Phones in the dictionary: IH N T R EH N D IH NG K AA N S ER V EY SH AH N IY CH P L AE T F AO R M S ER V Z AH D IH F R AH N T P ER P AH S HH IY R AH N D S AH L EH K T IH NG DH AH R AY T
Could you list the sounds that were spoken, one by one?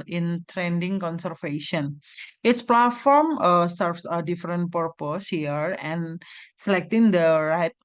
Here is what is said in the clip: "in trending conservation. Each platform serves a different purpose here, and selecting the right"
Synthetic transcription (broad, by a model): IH N T R EH N D IH NG K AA N S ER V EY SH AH N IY S P L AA T F AO R M S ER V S AH D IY F R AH N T P ER P AH S HH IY R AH N S AH L EH K T IH NG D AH R AY T